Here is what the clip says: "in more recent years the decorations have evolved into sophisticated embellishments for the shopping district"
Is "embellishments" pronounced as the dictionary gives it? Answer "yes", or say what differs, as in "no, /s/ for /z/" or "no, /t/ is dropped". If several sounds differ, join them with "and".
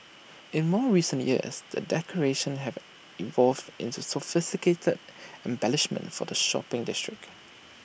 no, /s/ is dropped